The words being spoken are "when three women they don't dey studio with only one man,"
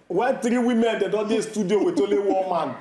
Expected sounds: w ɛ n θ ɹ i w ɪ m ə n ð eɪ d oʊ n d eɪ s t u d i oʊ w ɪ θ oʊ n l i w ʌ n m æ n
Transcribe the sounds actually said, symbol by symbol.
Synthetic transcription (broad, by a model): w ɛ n t ɹ i w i m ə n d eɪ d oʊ d eɪ s t u d i oʊ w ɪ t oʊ l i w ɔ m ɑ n